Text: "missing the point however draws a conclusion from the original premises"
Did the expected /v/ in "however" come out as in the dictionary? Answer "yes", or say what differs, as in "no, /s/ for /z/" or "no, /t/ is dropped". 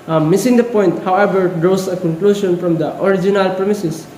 no, /b/ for /v/